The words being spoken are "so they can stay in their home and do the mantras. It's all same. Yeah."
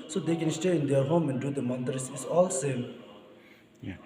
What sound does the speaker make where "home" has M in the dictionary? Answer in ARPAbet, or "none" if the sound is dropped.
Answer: M